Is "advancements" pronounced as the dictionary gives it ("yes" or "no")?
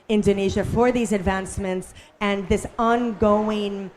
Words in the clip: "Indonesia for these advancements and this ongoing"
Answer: yes